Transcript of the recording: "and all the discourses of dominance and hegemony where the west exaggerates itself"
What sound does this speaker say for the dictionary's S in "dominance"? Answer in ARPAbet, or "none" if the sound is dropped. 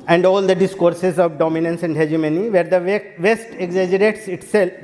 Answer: S